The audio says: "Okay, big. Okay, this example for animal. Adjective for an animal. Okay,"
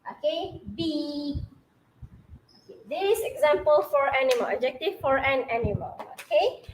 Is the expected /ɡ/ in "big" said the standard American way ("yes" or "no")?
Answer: no